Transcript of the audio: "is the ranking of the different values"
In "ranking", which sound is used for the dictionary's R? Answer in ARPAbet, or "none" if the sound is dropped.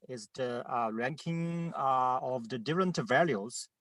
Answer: R